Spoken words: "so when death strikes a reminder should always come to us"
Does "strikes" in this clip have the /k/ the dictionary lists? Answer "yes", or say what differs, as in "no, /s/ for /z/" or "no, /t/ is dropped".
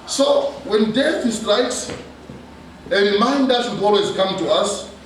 yes